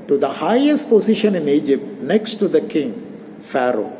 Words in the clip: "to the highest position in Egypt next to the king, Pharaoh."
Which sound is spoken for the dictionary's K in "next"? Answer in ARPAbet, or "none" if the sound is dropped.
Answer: K